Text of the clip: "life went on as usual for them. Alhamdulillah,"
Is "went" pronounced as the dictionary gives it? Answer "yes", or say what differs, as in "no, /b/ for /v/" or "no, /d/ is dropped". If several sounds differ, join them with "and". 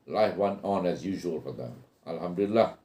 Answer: no, /t/ is dropped